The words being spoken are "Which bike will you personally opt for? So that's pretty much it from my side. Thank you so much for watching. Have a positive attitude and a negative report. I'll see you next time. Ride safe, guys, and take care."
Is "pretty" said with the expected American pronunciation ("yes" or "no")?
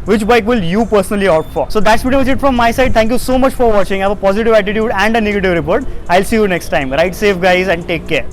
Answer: no